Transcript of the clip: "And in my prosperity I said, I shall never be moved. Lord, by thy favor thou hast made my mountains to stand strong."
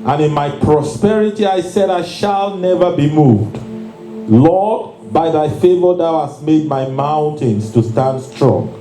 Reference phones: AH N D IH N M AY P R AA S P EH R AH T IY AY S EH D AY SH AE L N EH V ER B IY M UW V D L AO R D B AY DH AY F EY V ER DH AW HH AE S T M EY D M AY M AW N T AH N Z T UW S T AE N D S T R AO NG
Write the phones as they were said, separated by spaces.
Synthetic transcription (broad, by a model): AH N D IH N M AY P R AA S P EH R AH T IY AY S EH D AY SH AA L N EH V ER B IY M UW V D L AO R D B AY DH AY F EY V ER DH AW HH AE S T M EY D M AY M AW N T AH N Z T UW S T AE N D S T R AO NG